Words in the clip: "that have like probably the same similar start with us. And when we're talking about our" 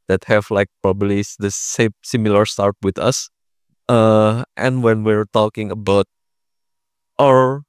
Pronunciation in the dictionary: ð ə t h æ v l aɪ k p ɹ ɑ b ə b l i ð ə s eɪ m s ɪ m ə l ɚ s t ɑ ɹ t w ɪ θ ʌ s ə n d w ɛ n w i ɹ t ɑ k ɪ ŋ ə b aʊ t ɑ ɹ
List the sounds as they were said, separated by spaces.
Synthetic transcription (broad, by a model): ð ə t h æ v l aɪ k p ɹ ɑ b ə b l i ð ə s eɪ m s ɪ m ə l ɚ s t ɑ ɹ t w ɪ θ ʌ s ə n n w ɛ n w i ɹ t ɑ k ɪ ŋ ə b aʊ t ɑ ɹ